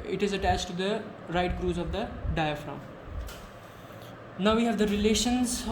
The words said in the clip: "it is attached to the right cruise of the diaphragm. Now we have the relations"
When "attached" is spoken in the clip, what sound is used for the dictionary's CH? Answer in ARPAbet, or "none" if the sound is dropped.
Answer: CH